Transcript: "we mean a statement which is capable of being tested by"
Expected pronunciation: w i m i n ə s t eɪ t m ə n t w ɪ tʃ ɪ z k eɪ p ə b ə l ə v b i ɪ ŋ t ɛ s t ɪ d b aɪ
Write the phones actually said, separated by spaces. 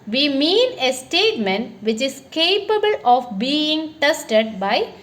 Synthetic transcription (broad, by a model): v i m i n ə s t eɪ t m ə n t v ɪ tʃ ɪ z k eɪ p ə b ə l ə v b i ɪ ŋ t ɛ s t ɪ d b aɪ